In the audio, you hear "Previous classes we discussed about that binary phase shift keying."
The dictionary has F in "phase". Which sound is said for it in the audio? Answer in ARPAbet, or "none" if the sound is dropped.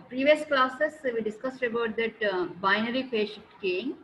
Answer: P